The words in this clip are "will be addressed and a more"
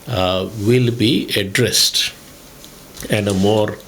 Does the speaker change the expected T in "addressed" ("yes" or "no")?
no